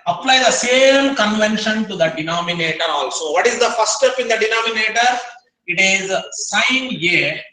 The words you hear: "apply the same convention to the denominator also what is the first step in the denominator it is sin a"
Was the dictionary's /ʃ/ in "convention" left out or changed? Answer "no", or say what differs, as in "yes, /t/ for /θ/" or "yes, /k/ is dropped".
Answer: no